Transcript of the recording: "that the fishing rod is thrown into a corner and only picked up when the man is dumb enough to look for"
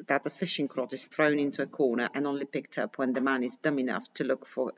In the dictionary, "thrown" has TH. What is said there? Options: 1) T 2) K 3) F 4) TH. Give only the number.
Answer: 4